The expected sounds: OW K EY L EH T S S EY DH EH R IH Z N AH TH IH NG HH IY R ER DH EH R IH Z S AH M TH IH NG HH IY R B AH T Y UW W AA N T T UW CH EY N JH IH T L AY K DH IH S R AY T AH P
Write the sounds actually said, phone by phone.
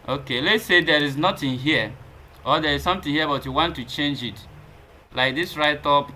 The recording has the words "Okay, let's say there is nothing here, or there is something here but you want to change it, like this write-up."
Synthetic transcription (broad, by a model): OW K EY L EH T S S EY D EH R IH Z N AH T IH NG HH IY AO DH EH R IH Z S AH M T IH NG HH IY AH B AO T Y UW W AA N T T UW CH EY N JH IH T L AY K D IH S R AY T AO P